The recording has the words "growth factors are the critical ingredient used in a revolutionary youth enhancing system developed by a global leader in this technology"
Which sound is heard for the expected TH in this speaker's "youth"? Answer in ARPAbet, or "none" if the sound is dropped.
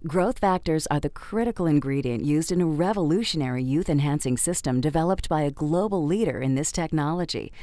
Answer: TH